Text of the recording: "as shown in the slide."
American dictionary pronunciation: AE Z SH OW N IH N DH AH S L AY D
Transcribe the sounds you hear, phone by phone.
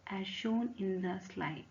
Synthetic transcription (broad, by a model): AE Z SH OW N IH N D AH S L AY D